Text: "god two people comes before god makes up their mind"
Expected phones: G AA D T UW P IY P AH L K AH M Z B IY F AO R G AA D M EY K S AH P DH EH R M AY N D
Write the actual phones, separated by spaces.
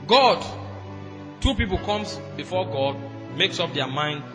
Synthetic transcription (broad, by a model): G AA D T UW P IY P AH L K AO M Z B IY F AO G AA D M EY K S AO P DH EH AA M AY N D